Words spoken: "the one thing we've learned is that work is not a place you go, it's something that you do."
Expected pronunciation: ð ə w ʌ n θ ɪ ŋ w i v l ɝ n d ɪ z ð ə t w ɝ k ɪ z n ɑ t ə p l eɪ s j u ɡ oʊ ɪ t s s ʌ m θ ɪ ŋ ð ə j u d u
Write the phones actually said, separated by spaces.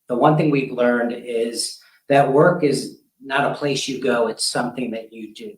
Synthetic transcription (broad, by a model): ð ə w ʌ n θ ɪ ŋ w i v l ɝ n d ɪ z ð ə t w ɝ k ɪ z n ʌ t ə p l eɪ s j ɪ ɡ oʊ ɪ t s s ʌ m θ ɪ ŋ ð ə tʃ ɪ d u